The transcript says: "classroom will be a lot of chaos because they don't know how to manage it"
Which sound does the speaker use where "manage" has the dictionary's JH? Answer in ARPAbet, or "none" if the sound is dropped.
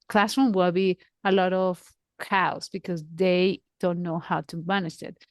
SH